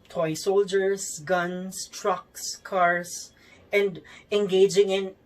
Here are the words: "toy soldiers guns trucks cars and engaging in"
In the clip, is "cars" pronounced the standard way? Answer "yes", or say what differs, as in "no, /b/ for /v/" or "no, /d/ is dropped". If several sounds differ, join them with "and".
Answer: no, /s/ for /z/